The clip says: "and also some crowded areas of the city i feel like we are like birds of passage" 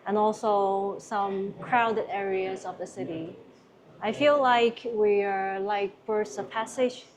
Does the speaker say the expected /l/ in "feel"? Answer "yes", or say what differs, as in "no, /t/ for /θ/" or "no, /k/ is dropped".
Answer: yes